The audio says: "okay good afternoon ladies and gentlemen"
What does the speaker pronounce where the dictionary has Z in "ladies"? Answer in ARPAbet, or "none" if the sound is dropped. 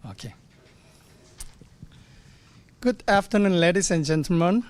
S